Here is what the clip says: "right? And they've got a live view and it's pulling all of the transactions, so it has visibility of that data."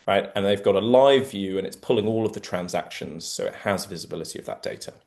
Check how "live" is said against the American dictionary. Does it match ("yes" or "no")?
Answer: yes